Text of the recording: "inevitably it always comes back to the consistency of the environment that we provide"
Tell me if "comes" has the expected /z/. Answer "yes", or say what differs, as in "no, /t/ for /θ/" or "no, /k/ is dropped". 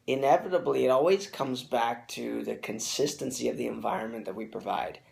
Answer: yes